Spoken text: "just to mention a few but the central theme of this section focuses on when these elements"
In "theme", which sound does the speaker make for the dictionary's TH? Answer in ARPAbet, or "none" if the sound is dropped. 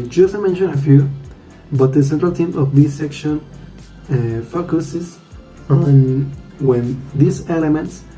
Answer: T